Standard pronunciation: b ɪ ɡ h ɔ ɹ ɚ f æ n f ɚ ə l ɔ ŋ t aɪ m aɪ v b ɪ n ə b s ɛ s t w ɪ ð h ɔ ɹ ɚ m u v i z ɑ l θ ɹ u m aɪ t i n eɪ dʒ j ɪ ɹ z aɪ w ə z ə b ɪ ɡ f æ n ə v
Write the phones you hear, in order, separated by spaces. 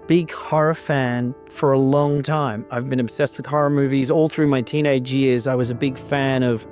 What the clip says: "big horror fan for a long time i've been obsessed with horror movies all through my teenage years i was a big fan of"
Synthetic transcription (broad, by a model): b ɪ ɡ h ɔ ɹ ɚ f æ n f ɚ ə l ɔ ŋ t aɪ m aɪ v b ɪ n ə b s ɛ s t w ɪ ð h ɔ ɹ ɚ m u v i z ɑ l θ ɹ u m aɪ t i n eɪ dʒ j ɪ ɹ z aɪ w ə z ə b ɪ ɡ f æ n ə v